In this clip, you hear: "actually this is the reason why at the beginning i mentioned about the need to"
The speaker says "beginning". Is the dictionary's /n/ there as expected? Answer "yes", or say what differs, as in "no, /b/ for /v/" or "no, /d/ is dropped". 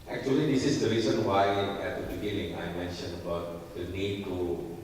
no, /l/ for /n/